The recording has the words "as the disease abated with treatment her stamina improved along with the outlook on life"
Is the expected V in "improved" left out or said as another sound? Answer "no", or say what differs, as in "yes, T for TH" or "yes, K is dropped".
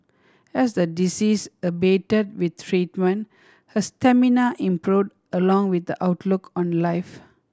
yes, V is dropped